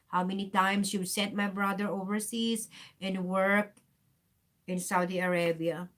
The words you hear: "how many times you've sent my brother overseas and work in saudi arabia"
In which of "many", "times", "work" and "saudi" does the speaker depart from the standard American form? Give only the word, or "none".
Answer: times